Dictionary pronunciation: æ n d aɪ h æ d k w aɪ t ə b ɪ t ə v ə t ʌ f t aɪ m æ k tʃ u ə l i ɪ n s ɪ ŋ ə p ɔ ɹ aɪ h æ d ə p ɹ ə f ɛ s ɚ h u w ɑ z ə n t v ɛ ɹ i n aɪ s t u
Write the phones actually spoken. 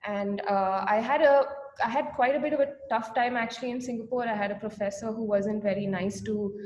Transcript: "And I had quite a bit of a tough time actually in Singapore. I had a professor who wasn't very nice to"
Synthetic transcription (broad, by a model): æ n d aɪ h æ d k w aɪ t ə b ɪ t ə v ə t ʌ f t aɪ m æ k tʃ u ə l i ɪ n s ɪ ŋ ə p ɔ ɹ aɪ h æ d ə p ɹ ə f ɛ s ɚ h u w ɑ z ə n t v ɛ ɹ i n aɪ s t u